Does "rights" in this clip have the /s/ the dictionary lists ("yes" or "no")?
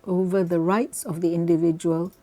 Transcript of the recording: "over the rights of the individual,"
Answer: yes